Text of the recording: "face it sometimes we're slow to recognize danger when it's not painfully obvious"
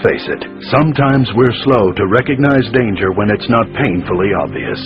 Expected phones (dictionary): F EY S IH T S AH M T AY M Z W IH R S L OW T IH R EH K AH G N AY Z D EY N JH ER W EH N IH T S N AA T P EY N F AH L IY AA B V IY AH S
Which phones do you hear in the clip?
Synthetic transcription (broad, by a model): F EY S IH T S AH M T AY M Z W IH R S L OW T IH R EH K AH G N AY Z D EY N JH ER W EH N IH T S N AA T P EY N F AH L IY AA B V IY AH S